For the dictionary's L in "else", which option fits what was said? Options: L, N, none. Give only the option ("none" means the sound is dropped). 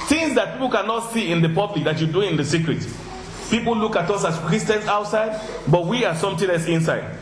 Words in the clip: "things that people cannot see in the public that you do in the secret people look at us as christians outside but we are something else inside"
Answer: none